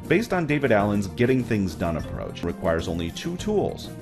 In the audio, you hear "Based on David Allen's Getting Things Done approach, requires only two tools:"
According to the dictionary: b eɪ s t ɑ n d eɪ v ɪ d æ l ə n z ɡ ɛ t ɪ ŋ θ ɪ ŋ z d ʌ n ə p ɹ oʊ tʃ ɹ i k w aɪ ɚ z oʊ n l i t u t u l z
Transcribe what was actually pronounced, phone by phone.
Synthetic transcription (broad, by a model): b eɪ s t n d eɪ v ɪ d æ l ə n z ɡ ɛ t ɪ ŋ θ ɪ ŋ z d ʌ n ə p ɹ oʊ tʃ ɹ i k w aɪ ɚ z oʊ n l i t u t u l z